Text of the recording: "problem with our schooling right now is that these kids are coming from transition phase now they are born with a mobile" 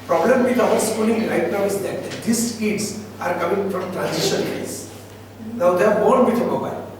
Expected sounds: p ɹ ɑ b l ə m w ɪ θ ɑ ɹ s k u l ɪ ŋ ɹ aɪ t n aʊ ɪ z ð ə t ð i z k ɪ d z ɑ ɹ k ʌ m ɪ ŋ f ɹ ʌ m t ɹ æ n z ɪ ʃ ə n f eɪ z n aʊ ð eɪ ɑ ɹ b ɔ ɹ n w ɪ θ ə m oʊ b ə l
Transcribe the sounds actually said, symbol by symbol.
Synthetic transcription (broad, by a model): p ɹ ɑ b l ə m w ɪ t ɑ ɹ s k u l ɪ ŋ ɹ aɪ t n aʊ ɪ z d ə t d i s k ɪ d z ɑ ɹ k ʌ m ɪ ŋ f ɹ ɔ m t ɹ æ n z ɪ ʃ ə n p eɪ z n aʊ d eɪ ɑ ɹ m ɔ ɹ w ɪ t ə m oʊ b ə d